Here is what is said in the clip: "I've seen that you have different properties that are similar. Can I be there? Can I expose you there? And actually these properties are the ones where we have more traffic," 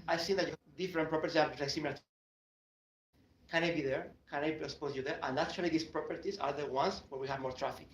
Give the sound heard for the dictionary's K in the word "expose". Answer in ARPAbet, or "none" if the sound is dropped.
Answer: none